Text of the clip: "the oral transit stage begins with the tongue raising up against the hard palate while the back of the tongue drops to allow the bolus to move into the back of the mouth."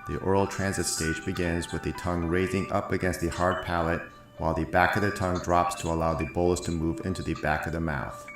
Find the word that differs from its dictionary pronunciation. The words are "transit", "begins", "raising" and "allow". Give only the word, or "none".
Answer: none